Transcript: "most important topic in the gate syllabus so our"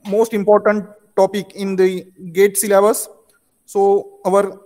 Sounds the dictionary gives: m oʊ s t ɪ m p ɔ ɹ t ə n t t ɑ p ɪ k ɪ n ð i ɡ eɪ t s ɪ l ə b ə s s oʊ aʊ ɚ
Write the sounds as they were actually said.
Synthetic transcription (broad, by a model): m oʊ s t ɪ m p ɔ ɹ t ə n t t ɑ p ɪ k ɪ n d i ɡ eɪ t s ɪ l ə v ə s s oʊ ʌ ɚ